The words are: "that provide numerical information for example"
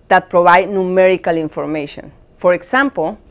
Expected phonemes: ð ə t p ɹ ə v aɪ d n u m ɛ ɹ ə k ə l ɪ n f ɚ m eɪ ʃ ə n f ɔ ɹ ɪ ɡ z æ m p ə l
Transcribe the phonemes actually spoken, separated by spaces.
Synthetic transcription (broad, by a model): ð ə t p ɹ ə b aɪ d n u m ɛ ɹ ə k ə l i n f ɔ m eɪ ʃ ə n f ɔ ɹ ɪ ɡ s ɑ m p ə l